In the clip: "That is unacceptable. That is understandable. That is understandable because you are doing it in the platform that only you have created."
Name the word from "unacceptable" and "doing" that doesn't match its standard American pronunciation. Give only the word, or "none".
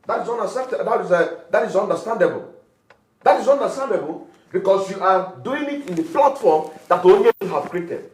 unacceptable